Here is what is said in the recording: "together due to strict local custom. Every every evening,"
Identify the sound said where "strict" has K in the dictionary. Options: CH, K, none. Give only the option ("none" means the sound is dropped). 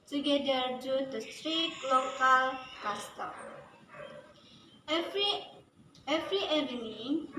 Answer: none